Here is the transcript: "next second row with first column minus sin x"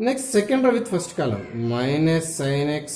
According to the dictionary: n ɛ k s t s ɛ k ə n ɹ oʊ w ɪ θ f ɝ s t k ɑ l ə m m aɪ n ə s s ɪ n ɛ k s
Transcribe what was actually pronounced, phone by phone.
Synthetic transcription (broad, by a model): n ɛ k s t s ɛ k ə n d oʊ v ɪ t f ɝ s t k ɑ l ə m m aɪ n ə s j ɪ n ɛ k s